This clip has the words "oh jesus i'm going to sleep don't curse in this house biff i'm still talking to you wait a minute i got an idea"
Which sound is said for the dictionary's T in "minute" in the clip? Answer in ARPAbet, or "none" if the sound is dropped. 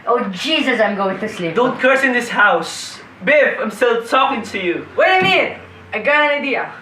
none